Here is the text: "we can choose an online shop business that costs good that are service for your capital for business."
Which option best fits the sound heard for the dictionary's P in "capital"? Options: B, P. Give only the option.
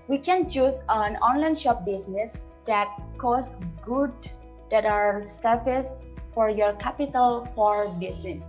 P